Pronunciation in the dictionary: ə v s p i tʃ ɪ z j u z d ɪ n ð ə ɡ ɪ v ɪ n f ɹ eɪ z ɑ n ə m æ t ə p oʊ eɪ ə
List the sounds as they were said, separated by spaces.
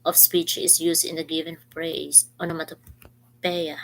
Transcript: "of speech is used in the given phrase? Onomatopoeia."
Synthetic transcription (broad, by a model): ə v s p i tʃ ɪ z j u s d ɪ n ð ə ɡ ɪ v ɪ n p ɹ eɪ s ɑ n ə m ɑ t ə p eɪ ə